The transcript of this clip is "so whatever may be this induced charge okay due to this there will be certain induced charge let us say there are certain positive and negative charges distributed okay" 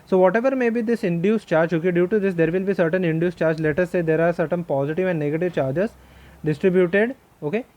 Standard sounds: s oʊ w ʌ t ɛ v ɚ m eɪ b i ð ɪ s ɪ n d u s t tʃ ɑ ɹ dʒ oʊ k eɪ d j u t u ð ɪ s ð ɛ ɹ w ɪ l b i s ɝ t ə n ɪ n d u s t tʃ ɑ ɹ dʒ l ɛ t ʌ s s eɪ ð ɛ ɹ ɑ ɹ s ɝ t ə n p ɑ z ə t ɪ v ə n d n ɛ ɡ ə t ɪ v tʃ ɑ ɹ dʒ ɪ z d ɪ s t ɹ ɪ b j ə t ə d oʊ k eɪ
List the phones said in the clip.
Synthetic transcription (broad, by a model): s oʊ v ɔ t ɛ v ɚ m eɪ b i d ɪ s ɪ n d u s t tʃ ɑ ɹ dʒ oʊ k eɪ d j u t u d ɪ s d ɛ ɹ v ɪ l b i s ɝ t ə n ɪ n d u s tʃ ɑ ɹ dʒ l ɛ t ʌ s s eɪ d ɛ ɹ ɑ ɹ s ɝ t ə n p ɑ z ə t ɪ v ə n d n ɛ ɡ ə t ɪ v tʃ ɑ ɹ dʒ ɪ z d ɪ s t ɹ ɪ b j ə t ə d oʊ k eɪ